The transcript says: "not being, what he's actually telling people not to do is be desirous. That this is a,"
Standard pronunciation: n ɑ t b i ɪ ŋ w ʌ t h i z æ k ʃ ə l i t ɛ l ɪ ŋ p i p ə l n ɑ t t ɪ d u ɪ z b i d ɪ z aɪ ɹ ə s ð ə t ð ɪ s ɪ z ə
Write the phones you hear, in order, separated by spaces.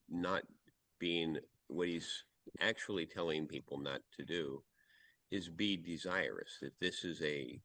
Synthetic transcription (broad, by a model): n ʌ t b i ɪ ŋ w ʌ t h i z æ k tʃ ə l i t ɛ l ɪ ŋ p i p l n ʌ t t ɪ d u ɪ z b i d ɪ z aɪ ɹ ə s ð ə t ð ɪ s ɪ z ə